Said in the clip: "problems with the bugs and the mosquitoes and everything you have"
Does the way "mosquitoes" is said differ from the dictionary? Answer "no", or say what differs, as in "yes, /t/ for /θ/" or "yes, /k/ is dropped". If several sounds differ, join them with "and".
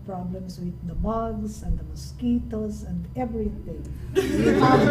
yes, /s/ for /z/